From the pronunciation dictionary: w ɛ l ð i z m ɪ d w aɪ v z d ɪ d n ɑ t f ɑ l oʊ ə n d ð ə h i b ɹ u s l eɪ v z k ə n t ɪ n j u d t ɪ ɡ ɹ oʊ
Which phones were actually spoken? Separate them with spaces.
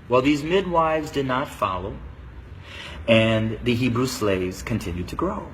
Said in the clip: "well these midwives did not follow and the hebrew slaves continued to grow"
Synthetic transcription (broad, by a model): w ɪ l ð i z m ɪ d w aɪ v z d ɪ d n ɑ t f ɑ l oʊ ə n ð ə h i b ɹ u s l eɪ v z k ə n t ɪ n j u d t ɪ ɡ ɹ oʊ